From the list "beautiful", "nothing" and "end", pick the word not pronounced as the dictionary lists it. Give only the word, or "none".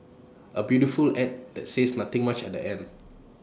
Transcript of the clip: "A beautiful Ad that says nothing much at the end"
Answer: nothing